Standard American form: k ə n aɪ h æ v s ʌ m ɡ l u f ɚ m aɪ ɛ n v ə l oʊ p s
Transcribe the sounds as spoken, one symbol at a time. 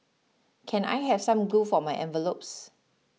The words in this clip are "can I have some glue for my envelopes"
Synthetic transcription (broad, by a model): k ə n aɪ h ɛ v s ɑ m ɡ u f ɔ m aɪ ɛ n v ə l oʊ p s